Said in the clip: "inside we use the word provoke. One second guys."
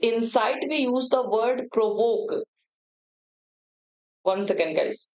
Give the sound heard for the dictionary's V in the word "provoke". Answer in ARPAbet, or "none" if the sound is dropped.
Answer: V